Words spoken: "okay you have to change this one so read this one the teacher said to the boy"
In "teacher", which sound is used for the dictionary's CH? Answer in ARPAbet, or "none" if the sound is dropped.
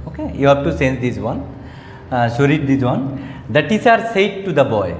S